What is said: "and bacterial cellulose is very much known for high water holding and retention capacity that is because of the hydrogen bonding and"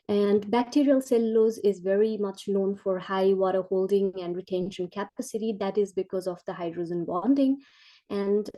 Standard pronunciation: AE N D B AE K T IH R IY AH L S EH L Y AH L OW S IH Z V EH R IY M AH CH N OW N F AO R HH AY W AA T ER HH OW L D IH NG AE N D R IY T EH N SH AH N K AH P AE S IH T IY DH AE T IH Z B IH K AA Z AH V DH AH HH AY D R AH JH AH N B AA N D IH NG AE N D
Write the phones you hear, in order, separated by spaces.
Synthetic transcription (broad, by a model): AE N D B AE K T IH R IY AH L S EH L L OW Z IH Z V EH R IY M AH CH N OW N F AO R HH AY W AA T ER HH OW L D IH NG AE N D R IY T EH N SH AH N K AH P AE S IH T IY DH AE T IH Z B IH K AA Z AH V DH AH HH AY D R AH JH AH N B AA N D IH NG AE N D